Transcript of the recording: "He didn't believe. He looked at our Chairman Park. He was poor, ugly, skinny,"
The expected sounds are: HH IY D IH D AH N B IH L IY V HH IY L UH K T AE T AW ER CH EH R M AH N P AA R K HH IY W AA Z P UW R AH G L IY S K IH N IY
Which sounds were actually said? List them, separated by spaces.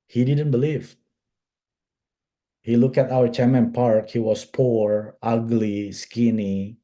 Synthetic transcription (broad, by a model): HH IY D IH D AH N B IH L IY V HH IY L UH K AE T AW ER CH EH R M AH N P AA R K HH IY W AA S P UW R AH G L IY S K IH N IY